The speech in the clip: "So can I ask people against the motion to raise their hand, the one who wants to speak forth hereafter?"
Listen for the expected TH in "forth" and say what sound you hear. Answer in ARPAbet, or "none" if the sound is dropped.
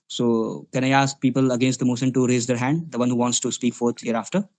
T